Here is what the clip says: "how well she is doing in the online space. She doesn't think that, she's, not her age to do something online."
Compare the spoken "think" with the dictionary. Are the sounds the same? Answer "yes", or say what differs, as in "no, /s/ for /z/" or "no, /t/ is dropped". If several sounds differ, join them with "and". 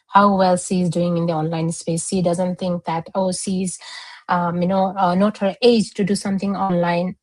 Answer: no, /t/ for /θ/